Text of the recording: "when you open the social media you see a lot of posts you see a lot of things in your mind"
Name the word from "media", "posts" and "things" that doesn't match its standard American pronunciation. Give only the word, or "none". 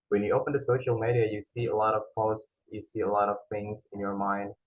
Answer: none